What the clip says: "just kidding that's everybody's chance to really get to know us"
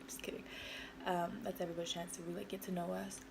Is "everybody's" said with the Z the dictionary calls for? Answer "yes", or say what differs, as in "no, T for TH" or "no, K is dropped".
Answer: no, Z is dropped